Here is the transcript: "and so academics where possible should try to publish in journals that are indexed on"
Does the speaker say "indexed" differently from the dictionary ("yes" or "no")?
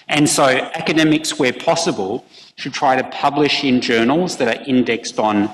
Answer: no